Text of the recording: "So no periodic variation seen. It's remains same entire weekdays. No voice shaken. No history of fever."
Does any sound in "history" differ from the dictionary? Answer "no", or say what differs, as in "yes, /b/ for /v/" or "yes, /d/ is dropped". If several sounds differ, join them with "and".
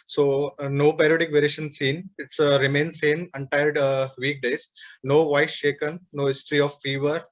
no